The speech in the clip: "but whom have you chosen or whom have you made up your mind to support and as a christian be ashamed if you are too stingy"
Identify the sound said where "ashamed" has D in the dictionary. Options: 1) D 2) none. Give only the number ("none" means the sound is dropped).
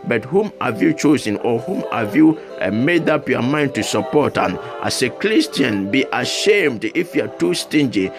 1